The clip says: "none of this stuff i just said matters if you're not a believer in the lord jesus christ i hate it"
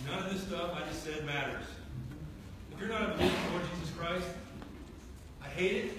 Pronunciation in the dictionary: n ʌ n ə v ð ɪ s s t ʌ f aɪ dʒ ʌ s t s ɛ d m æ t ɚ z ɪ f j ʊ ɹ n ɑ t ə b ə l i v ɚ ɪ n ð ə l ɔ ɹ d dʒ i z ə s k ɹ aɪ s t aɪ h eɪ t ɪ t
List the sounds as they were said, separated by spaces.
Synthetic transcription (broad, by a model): n ʌ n ə v ð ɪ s s t ʌ f aɪ dʒ ʌ s t s ɛ d m æ t ɚ z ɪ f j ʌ ɹ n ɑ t ə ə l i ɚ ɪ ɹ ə l ɔ ɹ d dʒ i z ə s k ɹ aɪ s t aɪ h eɪ t ɪ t